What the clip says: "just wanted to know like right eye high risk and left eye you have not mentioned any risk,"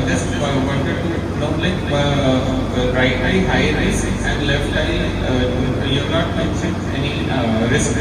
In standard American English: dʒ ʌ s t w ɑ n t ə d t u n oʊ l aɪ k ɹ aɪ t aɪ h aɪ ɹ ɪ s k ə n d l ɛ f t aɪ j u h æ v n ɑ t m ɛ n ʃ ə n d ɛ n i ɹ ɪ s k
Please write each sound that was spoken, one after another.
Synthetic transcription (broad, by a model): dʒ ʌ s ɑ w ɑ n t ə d t u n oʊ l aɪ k ɹ aɪ t aɪ h aɪ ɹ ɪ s ə n d l ɛ f t aɪ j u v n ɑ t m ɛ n s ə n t ɛ n i ɹ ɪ s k